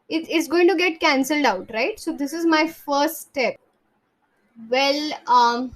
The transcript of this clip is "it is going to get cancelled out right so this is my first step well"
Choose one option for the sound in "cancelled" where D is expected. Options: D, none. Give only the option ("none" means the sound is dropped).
D